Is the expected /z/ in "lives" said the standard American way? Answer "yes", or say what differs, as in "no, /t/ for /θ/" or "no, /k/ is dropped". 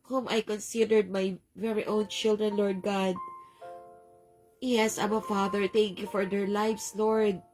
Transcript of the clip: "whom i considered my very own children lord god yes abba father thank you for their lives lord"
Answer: no, /s/ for /z/